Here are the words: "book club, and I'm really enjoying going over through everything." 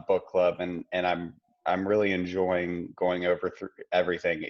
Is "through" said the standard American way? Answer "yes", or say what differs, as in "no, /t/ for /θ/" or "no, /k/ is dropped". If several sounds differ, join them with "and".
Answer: yes